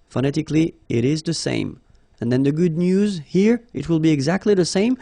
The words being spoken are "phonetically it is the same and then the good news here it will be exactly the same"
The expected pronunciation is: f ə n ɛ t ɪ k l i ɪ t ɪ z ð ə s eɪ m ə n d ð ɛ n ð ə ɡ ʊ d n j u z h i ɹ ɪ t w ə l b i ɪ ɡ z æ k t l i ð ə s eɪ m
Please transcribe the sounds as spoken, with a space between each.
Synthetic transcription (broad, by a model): f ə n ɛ t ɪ k l i ɪ t ɪ z ð ə s eɪ m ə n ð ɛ n ð ə ɡ ʊ d n j u z h i ɹ ɪ t w ə l b i ɪ ɡ z æ k t l i ð ə s eɪ m